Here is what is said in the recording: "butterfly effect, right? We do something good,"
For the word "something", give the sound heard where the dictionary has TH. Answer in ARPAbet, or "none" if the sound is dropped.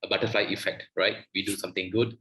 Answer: T